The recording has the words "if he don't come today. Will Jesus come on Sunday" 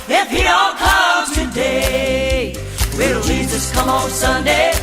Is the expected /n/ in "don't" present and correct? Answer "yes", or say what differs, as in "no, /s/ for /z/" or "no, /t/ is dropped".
no, /l/ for /n/